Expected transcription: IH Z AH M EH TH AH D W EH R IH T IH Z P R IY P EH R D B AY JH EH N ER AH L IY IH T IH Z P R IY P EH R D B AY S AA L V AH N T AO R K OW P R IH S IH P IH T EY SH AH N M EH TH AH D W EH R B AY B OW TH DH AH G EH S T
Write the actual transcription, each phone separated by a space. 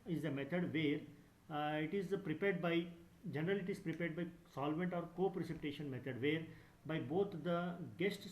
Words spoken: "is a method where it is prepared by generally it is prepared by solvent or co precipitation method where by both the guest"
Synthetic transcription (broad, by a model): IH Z AH M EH T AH D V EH R IH T IH Z P R IY P EH R D B AY JH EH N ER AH L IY IH T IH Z P R IY P EH R D B AY S AA L V AH N T AO R K OW P R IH S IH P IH T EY SH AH N M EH T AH D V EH R B AY B OW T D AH G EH S T